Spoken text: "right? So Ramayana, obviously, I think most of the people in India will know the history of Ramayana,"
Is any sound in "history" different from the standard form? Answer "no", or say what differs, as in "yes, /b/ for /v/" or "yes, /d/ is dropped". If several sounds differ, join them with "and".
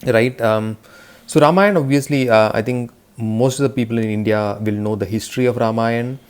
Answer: no